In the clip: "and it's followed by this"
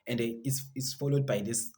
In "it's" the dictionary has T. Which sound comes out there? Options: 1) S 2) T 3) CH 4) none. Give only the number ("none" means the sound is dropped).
1